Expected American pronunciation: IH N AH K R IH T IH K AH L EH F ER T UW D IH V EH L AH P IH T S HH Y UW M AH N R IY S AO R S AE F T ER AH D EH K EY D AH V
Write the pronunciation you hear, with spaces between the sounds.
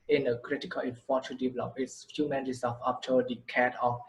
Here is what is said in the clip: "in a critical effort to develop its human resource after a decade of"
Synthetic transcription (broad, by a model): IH N AH K R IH T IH K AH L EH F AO T UW D IH V EH L AH P IH T S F Y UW M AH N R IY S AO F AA P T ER AH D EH K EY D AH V